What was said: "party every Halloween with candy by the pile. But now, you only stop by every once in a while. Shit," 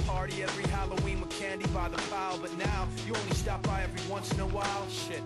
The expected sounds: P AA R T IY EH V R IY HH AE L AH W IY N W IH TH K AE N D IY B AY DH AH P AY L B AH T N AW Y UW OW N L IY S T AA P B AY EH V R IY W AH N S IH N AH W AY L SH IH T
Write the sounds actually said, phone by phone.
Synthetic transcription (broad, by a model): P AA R T IY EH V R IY HH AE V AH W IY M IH K AE N D IY B AY DH AH F AY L B AH T N AW Y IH OW N L IY S T AA P B AY EH V R IY W AH N S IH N AH W AY L SH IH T